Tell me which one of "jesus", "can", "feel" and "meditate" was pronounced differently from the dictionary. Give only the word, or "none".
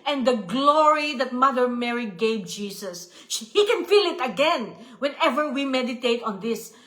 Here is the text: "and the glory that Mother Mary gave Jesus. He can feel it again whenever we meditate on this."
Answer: jesus